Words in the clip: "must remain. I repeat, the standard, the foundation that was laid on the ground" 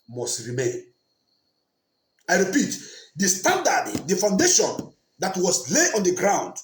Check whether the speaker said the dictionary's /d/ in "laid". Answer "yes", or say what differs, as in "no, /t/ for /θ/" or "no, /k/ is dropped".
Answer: no, /d/ is dropped